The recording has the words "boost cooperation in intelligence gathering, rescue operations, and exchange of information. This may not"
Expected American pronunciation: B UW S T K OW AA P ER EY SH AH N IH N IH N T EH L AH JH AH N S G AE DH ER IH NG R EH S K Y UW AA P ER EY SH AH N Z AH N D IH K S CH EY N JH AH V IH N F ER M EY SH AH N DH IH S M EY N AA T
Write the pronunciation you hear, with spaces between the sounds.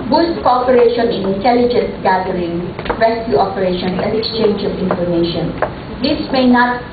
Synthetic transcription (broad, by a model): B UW S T K OW AA P ER EY SH AH N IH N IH N T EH L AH JH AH N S G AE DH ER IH NG R EH S K Y UW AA P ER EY SH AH N AH N D IH K S CH EY N JH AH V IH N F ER M EY SH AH N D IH S M EY N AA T